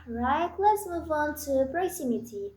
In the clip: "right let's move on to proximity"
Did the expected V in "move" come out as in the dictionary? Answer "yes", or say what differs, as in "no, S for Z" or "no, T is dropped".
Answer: yes